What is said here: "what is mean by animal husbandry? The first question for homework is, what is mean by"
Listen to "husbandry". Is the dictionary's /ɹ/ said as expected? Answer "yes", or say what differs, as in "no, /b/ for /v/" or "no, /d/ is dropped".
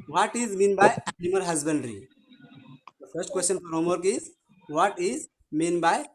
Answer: yes